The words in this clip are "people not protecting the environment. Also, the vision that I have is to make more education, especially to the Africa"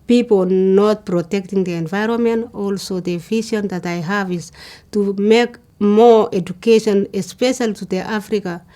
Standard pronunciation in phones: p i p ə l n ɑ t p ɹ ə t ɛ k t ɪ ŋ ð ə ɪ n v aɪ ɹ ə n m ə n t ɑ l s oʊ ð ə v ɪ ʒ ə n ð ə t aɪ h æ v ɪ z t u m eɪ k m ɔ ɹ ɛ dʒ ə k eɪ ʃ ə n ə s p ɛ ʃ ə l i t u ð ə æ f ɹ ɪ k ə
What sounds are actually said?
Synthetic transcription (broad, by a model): p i p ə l n ɑ t p ɹ ə t ɛ k t ɪ ŋ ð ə ɪ n v aɪ ɹ ə n m ə n t ɑ l s oʊ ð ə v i ʃ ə n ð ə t aɪ h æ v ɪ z t u m eɪ k m ɔ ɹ ɛ dʒ ə k eɪ ʃ ə n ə s p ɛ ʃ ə l t u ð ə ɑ f ɹ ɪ k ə